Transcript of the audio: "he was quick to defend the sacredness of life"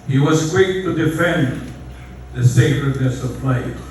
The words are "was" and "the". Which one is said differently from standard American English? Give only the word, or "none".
none